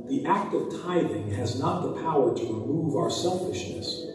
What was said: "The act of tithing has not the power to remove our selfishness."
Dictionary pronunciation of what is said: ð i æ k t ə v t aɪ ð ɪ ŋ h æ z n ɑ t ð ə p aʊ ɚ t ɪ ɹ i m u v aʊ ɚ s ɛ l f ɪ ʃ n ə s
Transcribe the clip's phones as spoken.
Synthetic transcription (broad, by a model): ð i æ k t ə v t aɪ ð ɪ ŋ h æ z n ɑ t ð ə p aʊ ɚ t ɪ ɹ i m u v aʊ ɚ s ɛ l f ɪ ʃ n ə s